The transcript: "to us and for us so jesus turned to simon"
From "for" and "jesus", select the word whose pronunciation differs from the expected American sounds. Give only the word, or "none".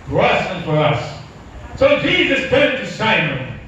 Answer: none